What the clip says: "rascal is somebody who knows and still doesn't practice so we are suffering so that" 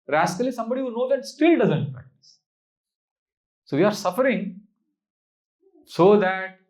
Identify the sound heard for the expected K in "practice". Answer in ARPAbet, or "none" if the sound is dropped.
none